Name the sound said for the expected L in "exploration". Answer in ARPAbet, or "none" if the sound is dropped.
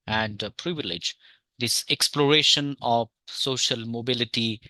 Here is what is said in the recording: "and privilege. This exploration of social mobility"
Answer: L